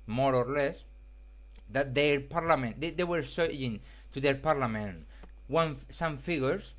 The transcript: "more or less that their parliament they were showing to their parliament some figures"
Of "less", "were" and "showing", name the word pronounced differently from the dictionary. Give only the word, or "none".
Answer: showing